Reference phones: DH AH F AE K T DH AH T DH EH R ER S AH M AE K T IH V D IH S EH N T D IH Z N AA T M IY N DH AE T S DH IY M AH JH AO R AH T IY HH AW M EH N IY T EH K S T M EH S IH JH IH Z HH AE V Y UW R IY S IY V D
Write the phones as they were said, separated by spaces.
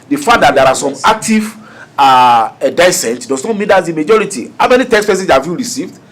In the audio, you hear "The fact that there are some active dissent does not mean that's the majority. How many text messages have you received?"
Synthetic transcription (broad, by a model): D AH F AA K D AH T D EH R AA S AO M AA K T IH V D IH S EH N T D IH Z N AA T M IY N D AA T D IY M AH JH AO R AH T IY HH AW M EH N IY T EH K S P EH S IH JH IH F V Y UW R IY S IY V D